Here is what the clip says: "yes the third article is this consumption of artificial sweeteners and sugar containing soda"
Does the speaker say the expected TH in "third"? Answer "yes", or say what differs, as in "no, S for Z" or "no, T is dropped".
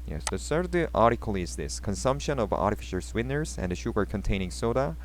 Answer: no, S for TH